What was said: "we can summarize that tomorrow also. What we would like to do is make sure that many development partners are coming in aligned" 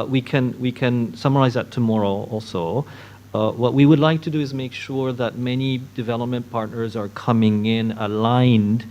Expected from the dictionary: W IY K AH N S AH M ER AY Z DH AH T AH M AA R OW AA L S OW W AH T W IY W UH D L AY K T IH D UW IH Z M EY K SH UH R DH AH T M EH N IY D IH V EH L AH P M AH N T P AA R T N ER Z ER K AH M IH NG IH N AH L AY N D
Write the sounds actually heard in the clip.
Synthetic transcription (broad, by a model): W IY K AH N S AH M ER AY Z DH AH T AH M AA R OW AA L S OW W AH T W IY W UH D L AY K T IH D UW IH Z M EY K SH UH R DH AH T M EH N IY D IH V EH L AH P M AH N P AA R T N ER Z ER K AH M IH NG IH N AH L AY N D